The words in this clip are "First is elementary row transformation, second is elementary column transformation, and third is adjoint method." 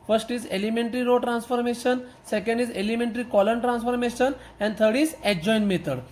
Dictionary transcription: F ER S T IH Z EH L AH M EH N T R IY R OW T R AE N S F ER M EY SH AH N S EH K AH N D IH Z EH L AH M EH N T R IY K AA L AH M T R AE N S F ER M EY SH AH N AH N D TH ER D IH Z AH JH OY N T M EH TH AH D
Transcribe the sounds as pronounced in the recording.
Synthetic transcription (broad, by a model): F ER S T IH Z EH L AH M EH N T R IY R OW T R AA N S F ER M EY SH AH N S EH K AH N D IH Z EH L AH M EH N T R IY K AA L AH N T R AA N S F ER M EY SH AH N AH N D T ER D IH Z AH JH OY N M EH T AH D